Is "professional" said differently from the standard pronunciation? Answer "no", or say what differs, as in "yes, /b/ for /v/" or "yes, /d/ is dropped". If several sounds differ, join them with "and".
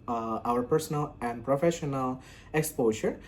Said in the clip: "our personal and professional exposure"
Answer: no